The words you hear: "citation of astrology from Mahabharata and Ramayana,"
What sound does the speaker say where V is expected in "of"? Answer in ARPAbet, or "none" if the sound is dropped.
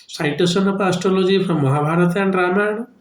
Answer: P